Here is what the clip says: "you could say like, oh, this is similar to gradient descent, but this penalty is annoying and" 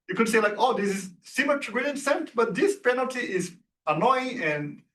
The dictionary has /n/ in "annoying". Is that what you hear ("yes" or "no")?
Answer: yes